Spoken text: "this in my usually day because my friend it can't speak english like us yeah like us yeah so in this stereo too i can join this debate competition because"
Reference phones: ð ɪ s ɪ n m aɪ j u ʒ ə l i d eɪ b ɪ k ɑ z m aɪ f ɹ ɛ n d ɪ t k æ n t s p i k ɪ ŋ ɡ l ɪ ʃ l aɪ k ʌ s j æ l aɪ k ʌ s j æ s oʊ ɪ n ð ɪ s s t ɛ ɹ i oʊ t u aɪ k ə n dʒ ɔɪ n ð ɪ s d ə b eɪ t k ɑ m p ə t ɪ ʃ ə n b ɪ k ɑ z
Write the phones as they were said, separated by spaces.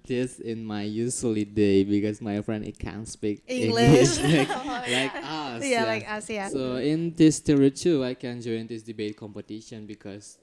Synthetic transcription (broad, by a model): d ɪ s ɪ n m aɪ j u s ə l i d eɪ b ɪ k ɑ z m aɪ f ɹ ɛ n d ɪ t k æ n s p i k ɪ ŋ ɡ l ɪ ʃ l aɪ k l aɪ k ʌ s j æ s oʊ ɪ n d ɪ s s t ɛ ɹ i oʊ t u aɪ k ə n dʒ ɔɪ n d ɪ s d ə b eɪ t k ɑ m p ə t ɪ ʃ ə n b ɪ k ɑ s